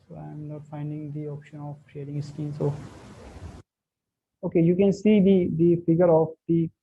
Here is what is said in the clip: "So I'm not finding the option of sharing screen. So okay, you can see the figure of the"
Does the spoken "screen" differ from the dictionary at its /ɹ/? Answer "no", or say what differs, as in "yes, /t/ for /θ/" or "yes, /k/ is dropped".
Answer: yes, /ɹ/ is dropped